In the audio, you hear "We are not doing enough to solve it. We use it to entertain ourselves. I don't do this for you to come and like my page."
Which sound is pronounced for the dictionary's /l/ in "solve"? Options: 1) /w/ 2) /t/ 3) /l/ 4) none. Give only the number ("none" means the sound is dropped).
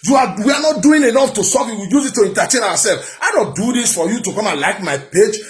4